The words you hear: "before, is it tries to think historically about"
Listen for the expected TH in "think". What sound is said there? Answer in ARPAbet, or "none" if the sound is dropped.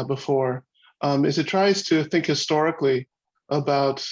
TH